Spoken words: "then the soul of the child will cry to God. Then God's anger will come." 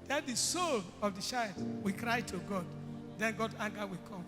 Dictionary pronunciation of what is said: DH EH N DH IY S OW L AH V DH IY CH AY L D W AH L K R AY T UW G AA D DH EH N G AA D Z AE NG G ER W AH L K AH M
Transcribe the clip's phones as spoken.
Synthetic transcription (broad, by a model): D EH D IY S OW L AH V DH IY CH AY D W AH K R AY T UW G AA D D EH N G AA D AA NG G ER W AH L K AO M